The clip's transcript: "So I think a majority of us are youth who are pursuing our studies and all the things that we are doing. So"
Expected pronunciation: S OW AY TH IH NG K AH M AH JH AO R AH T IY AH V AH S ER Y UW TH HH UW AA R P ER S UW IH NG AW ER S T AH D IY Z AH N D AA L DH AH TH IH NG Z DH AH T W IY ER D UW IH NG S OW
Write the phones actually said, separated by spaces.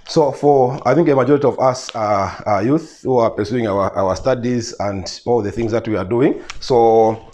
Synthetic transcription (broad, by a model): S OW AY TH IH NG K AH M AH JH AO R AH T IY AH V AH S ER Y UW TH HH UW AA R P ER S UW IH NG AW ER S T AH D IY Z AH N D AA L DH AH TH IH NG Z DH AH T W IY ER D UW IH NG S OW